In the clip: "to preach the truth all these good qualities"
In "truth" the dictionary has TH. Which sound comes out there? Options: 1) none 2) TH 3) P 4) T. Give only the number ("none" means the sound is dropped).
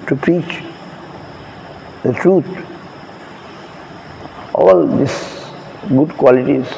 4